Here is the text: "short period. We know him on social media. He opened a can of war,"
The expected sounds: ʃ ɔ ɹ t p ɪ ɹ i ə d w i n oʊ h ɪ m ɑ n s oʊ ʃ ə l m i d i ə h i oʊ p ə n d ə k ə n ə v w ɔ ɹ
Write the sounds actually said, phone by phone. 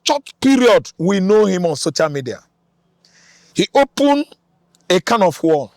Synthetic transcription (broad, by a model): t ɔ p p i ɹ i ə d w i n oʊ h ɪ m ɑ n s oʊ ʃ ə l m i d i ə h i oʊ p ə n ə k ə n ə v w ɔ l